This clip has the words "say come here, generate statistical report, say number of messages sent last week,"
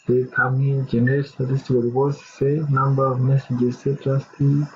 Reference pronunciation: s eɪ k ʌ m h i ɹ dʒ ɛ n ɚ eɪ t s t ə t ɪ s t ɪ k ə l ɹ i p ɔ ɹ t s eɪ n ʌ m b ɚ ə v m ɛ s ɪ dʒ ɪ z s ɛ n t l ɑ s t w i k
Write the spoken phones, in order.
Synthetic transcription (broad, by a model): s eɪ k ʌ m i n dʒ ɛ n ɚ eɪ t s t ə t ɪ s t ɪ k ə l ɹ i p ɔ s s eɪ n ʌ m b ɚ ə v m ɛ s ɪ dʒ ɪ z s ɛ t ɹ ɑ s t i